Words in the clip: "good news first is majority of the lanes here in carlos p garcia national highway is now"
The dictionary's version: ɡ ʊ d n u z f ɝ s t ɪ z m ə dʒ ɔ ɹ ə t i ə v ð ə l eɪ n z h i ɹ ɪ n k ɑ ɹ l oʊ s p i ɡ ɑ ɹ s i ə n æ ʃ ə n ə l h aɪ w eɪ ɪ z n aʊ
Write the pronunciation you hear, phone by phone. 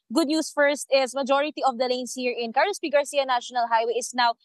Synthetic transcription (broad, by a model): ɡ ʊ d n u s f ɝ s t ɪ s m ə dʒ ɔ ɹ ə t i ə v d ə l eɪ n s h i ɹ ɪ n k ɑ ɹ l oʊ s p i ɡ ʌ ɹ s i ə n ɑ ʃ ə n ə l h aɪ w eɪ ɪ s n aʊ